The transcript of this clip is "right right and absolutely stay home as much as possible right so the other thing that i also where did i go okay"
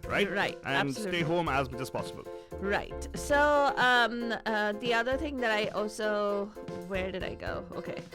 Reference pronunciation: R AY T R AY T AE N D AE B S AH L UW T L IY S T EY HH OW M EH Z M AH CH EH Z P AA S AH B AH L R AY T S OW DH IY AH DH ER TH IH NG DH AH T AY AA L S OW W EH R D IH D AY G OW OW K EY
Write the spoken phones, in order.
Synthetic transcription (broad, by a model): R AY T R AY T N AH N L S T EY HH OW M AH Z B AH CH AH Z P AA S AH B AH L R AY T S OW DH IY AH DH ER TH IH NG DH AH T AY AA L S OW W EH R D IH D AY G OW OW K EY